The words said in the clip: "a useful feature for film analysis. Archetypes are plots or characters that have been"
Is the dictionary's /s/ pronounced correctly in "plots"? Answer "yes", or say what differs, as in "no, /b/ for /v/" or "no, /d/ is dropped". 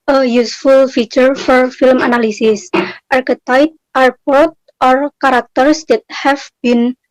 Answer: no, /s/ is dropped